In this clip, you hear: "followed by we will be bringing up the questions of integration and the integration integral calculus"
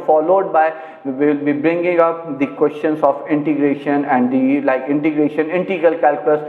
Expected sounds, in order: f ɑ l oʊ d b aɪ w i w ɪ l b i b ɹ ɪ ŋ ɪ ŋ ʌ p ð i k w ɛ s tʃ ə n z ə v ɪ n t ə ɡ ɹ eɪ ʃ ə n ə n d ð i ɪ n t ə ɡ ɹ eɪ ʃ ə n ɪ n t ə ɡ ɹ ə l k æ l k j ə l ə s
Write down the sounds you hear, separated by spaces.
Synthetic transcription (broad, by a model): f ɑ l oʊ d b aɪ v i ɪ l b i b ɹ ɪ ŋ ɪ ŋ ʌ p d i k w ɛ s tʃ ə n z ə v ɪ n t ə ɡ ɹ eɪ ʃ ə n ə n d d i ɪ n t ə ɡ ɹ eɪ ʃ ə n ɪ n t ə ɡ ə l k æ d k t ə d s